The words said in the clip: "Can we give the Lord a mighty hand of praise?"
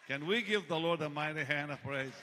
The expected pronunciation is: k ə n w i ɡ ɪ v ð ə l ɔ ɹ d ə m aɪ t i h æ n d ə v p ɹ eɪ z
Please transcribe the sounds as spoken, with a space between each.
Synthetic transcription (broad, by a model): k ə n w i ɡ ɪ v ð ə l ɔ ɹ d ə m aɪ t i h æ n d ə v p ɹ eɪ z